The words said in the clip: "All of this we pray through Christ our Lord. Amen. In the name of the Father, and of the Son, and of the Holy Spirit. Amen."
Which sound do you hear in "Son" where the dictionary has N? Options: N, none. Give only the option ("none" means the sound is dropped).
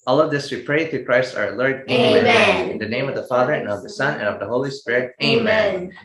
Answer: N